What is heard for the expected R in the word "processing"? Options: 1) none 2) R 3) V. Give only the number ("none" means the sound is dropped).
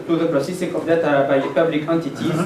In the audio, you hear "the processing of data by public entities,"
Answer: 2